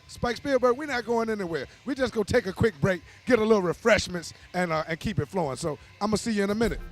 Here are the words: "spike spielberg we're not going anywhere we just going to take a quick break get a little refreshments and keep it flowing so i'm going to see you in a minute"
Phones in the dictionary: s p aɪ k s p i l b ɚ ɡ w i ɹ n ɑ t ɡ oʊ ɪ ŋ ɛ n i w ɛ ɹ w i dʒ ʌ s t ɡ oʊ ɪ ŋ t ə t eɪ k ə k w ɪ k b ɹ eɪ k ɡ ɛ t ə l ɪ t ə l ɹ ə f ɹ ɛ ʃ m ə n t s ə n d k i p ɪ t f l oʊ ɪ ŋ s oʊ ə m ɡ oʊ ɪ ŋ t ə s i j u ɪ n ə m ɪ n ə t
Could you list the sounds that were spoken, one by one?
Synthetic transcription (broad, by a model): s p aɪ k s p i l b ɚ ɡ w i ɹ n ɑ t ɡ oʊ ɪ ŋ ɛ n i w ɛ ɹ w i dʒ ʌ s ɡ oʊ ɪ t ə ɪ k ə k w ɪ k b ɹ eɪ k ɡ ɛ t ə l ɪ t l ɹ ə f ɹ ɛ ʃ m ə n t s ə n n k i p ɪ t f l oʊ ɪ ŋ s oʊ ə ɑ ɪ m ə s i j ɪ ɪ n ə m ɪ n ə t